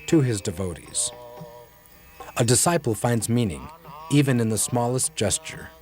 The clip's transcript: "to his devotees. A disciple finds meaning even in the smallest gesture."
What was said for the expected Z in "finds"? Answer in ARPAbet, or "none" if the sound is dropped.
Z